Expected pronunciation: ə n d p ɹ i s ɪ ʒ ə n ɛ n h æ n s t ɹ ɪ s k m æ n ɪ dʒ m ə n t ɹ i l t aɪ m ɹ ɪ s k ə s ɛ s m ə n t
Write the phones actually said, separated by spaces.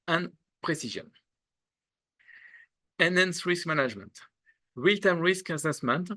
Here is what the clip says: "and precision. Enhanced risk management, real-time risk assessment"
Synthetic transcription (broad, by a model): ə n p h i s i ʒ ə n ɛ n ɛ n s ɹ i s k m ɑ n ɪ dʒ m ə n t w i l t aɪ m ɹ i s k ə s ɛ s m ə n t